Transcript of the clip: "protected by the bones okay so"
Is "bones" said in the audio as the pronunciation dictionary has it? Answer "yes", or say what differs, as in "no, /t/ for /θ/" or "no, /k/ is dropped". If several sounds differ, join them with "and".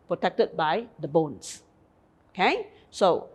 no, /s/ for /z/